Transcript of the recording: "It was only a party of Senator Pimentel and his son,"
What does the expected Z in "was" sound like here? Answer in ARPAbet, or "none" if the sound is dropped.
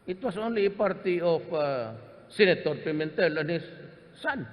S